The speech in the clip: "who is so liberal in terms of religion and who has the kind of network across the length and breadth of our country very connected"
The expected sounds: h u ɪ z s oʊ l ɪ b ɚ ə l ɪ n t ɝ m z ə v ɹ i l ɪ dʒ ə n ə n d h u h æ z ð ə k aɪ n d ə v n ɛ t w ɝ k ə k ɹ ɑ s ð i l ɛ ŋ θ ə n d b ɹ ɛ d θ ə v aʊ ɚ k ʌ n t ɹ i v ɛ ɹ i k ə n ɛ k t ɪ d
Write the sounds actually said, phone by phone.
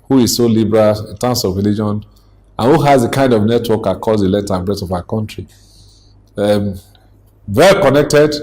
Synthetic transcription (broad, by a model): h u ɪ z s oʊ l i b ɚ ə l t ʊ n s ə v ɹ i l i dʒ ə n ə n h u h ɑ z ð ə k aɪ n d ə v n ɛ t w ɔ k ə k ɑ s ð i l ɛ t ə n b ɹ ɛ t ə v aʊ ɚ k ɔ n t ɹ i v ɛ ɹ i k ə n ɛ k t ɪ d